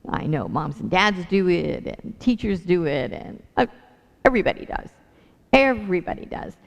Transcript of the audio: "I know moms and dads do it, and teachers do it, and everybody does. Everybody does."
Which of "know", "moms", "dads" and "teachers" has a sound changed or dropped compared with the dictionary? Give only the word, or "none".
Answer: none